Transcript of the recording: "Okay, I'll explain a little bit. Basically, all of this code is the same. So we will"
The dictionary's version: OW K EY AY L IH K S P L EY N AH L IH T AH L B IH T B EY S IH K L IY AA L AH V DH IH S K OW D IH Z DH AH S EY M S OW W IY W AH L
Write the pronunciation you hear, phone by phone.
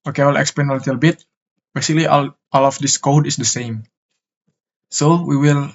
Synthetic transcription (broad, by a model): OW K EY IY L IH K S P EY N AH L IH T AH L B IH T B EY S IH K L IY AA L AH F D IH S K OW D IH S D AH S EY M S OW W IY W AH L